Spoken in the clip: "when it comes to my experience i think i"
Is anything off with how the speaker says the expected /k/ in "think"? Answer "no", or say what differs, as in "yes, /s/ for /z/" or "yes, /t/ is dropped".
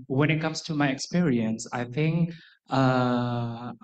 no